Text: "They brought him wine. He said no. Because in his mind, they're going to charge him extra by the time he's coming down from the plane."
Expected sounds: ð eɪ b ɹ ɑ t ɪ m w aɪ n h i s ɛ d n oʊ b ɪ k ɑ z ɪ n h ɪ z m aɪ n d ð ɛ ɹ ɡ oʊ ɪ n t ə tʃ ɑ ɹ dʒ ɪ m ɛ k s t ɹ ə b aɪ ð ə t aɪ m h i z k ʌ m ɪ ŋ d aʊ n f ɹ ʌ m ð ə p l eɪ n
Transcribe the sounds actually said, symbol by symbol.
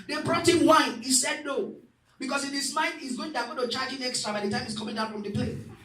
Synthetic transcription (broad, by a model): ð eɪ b ɹ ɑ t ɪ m w aɪ n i s ɛ d n oʊ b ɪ k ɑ s ɪ n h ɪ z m aɪ n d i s ɡ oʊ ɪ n t ə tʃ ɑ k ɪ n ɛ k s t ɹ ə b aɪ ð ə t aɪ m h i s k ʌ m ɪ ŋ d aʊ n f ɹ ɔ m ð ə p l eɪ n